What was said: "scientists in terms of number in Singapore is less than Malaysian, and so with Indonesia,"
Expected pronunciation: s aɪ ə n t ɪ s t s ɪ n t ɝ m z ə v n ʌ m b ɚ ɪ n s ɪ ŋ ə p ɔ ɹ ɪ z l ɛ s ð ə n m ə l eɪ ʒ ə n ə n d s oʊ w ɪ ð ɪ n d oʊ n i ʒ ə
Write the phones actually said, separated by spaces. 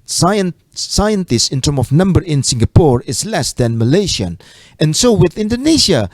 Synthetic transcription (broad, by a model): s aɪ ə n t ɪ s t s ɪ n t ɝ m ə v n ʌ m b ɚ ɪ n s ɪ ŋ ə p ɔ ɹ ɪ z l ɛ s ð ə n m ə l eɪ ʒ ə n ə n s oʊ w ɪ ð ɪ n d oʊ n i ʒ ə